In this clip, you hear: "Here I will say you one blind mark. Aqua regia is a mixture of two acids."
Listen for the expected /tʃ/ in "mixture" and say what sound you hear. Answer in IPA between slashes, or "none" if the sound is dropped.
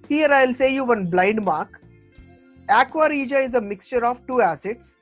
/tʃ/